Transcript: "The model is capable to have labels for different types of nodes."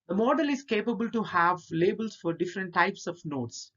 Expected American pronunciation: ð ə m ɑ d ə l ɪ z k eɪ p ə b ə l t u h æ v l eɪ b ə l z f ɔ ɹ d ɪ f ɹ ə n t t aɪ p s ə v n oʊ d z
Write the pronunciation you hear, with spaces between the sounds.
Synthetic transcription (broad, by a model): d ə m ɑ d ə l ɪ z k eɪ p ə b ə l t u h æ v l eɪ b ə l s f ɔ ɹ d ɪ f ɹ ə n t t aɪ p s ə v n oʊ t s